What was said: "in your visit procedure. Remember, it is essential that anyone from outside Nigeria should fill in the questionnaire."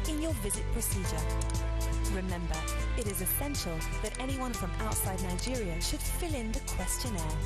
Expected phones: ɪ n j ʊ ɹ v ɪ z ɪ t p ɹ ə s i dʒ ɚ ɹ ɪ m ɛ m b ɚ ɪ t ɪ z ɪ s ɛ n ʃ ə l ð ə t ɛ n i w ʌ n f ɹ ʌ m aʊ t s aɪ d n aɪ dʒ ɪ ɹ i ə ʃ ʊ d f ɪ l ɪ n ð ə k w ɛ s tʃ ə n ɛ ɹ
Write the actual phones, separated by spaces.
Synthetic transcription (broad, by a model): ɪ n j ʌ ɹ v ɪ z ɪ t p ɹ ə s i dʒ ɚ ɹ ɪ m ɛ m b ɚ ɪ t ɪ z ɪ s ɛ n ʃ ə l ð ə t ɛ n i w ʌ n f ɹ ʌ m aʊ t s aɪ d n aɪ dʒ ɪ ɹ i ə ʃ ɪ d f ɪ l ɪ n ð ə k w ɛ s tʃ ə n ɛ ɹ